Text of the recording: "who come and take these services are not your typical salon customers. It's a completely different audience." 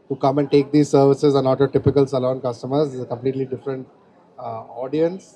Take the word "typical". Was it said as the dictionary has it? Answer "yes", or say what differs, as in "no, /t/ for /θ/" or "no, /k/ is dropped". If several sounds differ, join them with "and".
yes